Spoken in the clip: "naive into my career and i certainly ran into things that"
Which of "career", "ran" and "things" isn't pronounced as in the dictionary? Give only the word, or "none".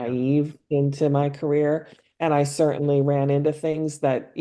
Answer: none